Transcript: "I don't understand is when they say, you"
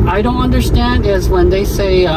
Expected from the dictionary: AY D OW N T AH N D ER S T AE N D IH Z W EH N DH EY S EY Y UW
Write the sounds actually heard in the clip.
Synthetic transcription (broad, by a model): AY D OW N T AH N D ER S T AE N D IH Z W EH N DH EY S EY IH